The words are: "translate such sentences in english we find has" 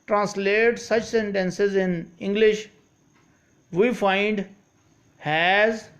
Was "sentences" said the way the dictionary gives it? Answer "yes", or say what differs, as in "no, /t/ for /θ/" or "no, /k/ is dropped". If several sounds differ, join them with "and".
yes